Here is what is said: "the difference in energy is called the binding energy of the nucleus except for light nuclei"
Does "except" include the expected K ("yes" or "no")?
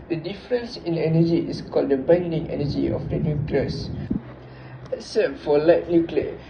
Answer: no